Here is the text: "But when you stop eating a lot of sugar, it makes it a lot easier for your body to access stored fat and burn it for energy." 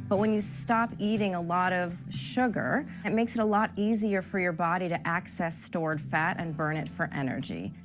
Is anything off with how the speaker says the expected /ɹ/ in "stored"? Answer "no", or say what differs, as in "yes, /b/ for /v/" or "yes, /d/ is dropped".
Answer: no